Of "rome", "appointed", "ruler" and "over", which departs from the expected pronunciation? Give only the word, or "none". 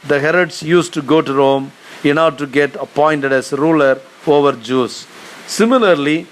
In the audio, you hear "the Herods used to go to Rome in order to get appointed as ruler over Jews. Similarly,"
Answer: none